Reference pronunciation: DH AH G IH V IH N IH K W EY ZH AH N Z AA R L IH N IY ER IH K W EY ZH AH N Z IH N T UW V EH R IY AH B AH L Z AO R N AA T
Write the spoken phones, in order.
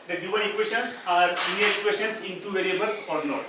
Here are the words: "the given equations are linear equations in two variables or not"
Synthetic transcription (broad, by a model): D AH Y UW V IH IH K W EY SH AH N S AA R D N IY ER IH K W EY SH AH N S IH N T UW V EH R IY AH B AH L S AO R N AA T